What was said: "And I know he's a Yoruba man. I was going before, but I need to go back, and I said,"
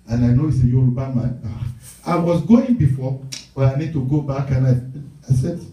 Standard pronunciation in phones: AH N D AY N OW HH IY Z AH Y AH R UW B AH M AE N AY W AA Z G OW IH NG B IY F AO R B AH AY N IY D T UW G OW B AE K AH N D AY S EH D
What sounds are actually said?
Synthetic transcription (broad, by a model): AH N AY N OW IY S AH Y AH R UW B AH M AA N AY W AA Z G OW IH NG B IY F AO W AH AY N IY D T UW G OW B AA K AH N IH AY S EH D